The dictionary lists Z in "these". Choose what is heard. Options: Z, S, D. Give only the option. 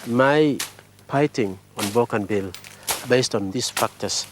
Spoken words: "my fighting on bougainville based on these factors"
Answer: S